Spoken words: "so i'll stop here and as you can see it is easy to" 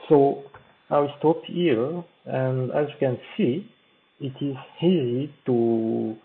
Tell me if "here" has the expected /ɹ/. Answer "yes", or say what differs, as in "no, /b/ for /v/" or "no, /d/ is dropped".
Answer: no, /l/ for /ɹ/